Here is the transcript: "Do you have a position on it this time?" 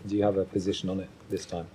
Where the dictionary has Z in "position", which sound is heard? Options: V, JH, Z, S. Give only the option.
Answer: Z